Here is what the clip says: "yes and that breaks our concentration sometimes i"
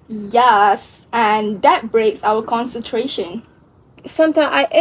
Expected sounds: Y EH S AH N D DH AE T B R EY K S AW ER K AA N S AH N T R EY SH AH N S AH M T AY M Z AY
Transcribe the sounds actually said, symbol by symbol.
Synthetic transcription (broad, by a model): Y EH S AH N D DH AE T B R EY K S AW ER K AA N S AH N T R EY SH AH N S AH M T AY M AY